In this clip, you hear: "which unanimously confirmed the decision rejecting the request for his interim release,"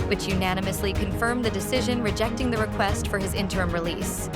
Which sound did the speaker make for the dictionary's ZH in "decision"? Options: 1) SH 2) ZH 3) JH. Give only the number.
2